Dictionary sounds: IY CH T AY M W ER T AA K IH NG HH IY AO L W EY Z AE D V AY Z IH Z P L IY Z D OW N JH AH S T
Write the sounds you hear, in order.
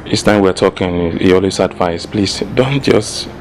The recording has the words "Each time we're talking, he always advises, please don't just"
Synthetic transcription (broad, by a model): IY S T AY M W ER T AA K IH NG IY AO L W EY S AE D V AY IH S P L IY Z D OW N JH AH S T